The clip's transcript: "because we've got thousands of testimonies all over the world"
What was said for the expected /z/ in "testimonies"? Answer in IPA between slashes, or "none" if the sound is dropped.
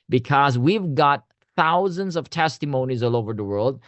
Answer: /z/